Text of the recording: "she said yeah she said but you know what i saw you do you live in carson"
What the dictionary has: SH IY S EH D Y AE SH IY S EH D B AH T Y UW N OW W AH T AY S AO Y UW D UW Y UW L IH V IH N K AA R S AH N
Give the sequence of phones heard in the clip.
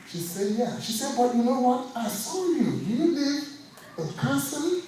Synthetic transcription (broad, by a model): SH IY S EH D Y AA SH IY S EH D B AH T Y UW N OW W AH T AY S AO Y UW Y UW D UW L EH IH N K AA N S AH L